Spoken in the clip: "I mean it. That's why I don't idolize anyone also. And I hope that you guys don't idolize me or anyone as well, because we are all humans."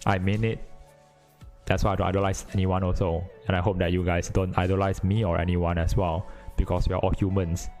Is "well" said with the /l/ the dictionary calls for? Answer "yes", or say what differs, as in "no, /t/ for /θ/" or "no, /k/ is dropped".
yes